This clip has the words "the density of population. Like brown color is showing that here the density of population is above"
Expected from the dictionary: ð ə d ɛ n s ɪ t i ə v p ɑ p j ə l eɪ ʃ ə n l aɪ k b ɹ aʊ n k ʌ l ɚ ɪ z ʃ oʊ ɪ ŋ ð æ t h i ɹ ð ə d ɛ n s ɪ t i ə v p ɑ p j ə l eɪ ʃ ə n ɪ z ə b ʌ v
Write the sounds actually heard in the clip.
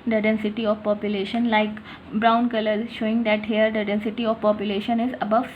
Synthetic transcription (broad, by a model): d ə d ɛ n s ɪ t i ə v p ɑ p j ə l eɪ ʃ ə n l aɪ k b ɹ aʊ n k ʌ l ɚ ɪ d ʃ oʊ ɪ ŋ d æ t h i ɹ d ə d ɛ n s ɪ t i ə v p ɑ p j ə l eɪ ʃ ə n ɪ z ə b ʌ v